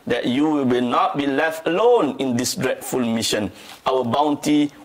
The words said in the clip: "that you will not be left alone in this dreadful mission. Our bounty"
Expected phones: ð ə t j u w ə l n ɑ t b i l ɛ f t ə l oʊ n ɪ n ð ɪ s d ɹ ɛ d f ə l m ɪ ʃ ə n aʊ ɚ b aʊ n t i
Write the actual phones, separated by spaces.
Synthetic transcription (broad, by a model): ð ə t j u w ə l n ɑ t b i l ɛ f t ə l oʊ n ɪ n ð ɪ s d ɹ ɛ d f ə l m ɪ ʃ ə n aʊ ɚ b aʊ n t i